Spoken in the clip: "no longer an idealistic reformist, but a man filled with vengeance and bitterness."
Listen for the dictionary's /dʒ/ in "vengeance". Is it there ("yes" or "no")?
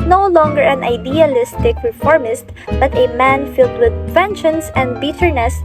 no